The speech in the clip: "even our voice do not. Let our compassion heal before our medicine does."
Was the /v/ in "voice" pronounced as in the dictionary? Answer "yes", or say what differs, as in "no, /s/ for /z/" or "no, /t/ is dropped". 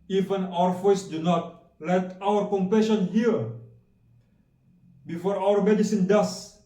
no, /f/ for /v/